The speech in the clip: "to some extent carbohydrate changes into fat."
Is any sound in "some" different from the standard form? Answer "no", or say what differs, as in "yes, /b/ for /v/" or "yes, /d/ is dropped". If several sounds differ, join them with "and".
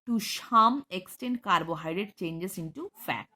yes, /ʃ/ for /s/